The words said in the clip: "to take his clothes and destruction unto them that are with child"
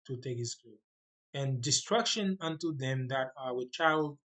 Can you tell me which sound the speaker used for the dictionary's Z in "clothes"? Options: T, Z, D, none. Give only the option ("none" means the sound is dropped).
none